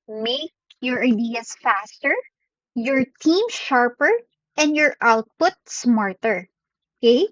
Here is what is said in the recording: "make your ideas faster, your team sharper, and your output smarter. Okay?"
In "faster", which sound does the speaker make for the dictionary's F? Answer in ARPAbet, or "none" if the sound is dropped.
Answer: F